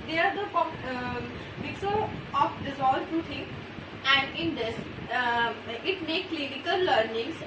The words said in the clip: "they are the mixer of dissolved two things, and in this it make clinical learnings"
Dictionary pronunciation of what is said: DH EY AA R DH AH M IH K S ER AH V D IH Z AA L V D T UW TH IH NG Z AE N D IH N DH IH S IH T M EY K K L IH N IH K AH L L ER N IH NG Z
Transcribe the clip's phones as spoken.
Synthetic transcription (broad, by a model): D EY AA R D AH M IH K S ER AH F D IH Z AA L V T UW T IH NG AE N D IH N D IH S IH T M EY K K L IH N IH K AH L L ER N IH NG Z